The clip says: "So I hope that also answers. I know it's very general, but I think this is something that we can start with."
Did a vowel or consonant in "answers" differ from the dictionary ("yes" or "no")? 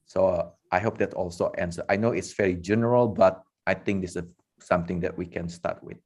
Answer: yes